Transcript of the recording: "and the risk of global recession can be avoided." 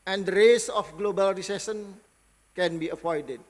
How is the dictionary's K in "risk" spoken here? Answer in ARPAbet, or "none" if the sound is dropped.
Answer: none